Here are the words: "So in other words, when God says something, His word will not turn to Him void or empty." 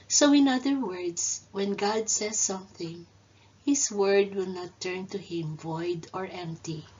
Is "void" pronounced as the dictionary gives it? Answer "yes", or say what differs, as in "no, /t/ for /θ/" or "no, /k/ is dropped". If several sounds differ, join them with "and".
yes